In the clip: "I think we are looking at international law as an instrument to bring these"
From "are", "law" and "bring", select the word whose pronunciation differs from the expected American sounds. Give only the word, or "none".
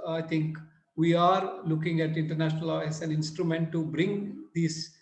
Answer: none